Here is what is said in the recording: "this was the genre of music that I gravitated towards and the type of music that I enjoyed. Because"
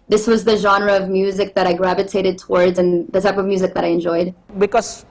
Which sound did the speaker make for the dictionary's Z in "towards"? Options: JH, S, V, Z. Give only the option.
Z